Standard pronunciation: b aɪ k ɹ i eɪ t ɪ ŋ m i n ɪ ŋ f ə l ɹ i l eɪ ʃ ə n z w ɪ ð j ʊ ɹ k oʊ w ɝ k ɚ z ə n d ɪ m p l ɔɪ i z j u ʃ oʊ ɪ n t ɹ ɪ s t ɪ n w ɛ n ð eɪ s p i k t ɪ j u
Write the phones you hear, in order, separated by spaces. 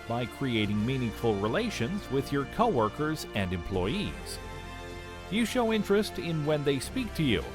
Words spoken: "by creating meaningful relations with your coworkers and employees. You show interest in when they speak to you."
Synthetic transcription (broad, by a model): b aɪ k ɹ i eɪ t ɪ ŋ m i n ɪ ŋ f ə l ɹ i l eɪ ʃ ə n z w ɪ ð j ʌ ɹ k oʊ w ɝ k ɚ z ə n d ɪ m p l ɔɪ i z j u ʃ oʊ ɪ n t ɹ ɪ s t ɪ n w ɛ n ð eɪ s p i k t ɪ j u